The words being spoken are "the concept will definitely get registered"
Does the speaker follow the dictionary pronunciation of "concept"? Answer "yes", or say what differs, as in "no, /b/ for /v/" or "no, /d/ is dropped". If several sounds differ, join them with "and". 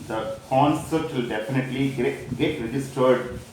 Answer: no, /p/ is dropped